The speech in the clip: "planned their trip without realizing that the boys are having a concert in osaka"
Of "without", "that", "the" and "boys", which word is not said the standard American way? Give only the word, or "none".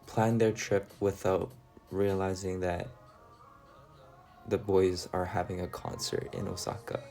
none